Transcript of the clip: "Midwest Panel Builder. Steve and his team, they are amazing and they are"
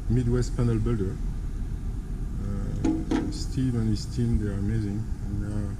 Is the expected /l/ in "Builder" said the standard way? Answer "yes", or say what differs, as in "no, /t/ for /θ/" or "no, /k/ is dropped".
yes